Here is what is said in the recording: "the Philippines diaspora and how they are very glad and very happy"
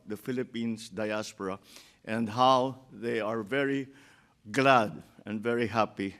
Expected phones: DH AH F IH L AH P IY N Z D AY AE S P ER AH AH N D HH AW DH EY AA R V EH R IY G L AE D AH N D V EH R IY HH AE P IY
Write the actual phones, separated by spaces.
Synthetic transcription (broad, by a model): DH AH F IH L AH P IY N S D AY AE S P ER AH AH N D HH AW DH EY AA R V EH R IY G L AE D AH N D V EH R IY HH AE P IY